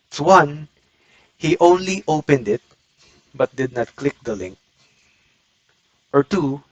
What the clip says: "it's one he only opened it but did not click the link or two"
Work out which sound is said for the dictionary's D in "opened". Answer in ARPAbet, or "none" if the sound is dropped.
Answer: D